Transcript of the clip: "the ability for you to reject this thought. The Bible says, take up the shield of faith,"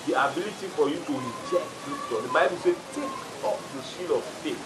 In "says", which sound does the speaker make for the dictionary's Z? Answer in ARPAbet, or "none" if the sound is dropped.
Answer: none